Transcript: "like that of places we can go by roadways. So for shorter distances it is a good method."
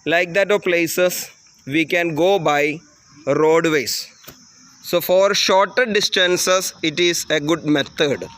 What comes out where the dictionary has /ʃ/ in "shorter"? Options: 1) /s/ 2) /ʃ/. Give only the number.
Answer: 2